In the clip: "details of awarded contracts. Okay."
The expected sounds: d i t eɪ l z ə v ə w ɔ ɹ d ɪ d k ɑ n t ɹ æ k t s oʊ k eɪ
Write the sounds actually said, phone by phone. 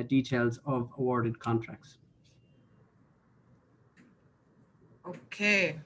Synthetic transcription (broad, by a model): d i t eɪ l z ə v ə w ɔ ɹ d ɪ d k ɑ n t ɹ æ k t s oʊ k eɪ